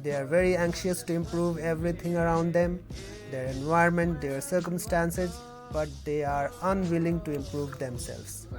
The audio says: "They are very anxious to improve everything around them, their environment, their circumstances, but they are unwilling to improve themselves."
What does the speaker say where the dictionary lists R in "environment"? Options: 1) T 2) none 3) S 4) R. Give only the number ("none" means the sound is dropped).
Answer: 2